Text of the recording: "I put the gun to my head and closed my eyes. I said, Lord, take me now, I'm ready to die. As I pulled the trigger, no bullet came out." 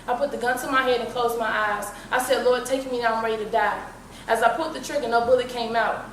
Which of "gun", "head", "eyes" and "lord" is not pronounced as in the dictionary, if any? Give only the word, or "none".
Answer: none